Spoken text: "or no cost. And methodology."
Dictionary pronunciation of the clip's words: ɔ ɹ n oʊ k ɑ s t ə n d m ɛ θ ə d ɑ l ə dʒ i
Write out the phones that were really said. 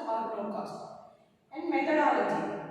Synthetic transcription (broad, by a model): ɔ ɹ l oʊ k ɑ s t ə n d m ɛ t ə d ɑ l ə dʒ i